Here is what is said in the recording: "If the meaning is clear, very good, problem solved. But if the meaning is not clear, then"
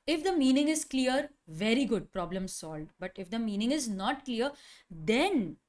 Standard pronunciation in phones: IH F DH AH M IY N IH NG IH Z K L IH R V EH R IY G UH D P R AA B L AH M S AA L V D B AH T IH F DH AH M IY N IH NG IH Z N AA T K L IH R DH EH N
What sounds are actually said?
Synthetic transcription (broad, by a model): IH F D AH M IY N IH NG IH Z K L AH R V EH R IY G UH D P R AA B L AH M S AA L D B AH T IH F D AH M IY N IH NG IH Z N AA T K L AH R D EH N